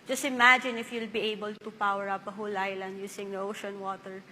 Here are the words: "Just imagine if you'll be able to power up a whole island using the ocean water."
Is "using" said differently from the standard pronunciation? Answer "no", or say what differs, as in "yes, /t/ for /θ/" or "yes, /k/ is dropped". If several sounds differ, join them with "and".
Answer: yes, /s/ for /z/